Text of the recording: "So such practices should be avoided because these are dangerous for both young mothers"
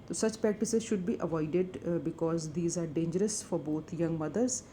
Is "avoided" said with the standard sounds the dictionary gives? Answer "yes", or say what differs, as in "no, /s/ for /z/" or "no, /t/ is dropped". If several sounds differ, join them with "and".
yes